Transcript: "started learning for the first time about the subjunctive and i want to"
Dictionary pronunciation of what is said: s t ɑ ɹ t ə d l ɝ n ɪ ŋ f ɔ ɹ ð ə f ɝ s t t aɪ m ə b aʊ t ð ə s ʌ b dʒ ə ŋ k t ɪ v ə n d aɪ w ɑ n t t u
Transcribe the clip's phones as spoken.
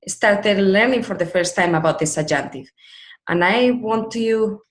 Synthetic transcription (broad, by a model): s t ɑ ɹ t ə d l ɝ n ɪ ŋ f ɔ ɹ ð ə f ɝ s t t aɪ m ə b aʊ t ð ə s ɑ dʒ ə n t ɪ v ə n aɪ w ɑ n t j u